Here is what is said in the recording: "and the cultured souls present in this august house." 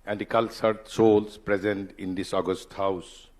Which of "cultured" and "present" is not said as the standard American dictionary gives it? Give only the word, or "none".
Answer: cultured